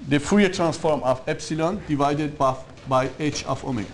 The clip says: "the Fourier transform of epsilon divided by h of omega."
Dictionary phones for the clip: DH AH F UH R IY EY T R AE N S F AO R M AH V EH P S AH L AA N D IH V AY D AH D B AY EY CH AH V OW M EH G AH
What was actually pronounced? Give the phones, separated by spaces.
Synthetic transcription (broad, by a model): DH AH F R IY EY T R AE N S F AO R M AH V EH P S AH L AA N D IH V AY D AH D B AY EY CH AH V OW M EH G